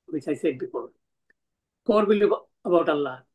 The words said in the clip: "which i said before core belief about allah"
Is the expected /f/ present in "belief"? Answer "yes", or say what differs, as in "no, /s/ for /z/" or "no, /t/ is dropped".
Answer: no, /f/ is dropped